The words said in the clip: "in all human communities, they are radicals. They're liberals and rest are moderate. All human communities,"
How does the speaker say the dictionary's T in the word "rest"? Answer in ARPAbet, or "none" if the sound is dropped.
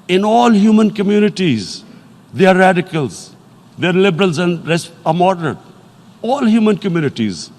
none